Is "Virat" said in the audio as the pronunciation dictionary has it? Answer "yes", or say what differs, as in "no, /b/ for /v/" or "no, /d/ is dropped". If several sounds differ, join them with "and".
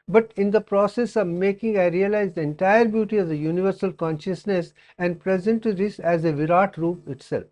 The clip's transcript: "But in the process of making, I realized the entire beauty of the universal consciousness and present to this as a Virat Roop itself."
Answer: yes